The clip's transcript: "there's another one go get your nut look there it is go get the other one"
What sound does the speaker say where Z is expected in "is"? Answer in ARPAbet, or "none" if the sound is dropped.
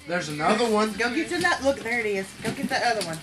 S